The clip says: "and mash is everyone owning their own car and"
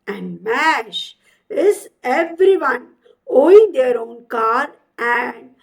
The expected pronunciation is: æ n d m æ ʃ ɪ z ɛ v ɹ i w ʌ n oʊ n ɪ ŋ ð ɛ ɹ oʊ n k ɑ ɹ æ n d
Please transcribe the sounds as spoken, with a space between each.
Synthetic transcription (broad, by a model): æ n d m æ ʃ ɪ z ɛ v ɹ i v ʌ n oʊ ɪ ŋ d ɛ ɹ oʊ n k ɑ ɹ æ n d